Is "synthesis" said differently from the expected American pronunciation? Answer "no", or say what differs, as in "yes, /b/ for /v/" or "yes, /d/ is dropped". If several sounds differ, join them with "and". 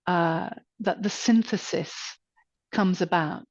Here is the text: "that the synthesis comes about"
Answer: no